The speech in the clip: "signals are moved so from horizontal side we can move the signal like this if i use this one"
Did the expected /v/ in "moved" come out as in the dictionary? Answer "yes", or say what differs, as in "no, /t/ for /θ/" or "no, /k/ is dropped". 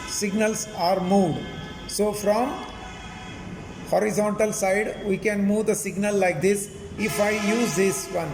no, /v/ is dropped